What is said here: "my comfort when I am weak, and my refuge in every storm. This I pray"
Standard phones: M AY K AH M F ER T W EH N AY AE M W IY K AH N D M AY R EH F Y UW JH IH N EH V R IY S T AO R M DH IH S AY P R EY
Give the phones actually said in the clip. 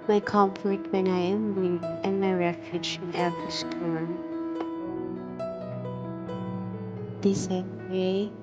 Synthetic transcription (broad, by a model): M AY K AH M F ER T W EH N AY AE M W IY AH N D M AY R EH F Y UW JH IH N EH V IY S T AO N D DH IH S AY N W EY